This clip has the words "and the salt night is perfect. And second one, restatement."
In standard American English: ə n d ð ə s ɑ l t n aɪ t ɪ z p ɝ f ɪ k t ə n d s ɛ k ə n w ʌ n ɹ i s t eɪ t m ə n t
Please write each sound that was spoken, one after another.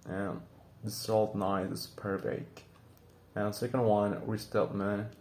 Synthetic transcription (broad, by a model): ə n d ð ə s ɑ l t n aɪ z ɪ s p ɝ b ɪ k ə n s ɛ k ə n w ʌ n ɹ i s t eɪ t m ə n